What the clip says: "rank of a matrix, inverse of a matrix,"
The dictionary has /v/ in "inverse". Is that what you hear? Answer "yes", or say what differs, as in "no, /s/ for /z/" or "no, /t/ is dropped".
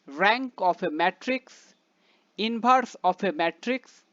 no, /b/ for /v/